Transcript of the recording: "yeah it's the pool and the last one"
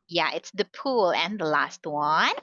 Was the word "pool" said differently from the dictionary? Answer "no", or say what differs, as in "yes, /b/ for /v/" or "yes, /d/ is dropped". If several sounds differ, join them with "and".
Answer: no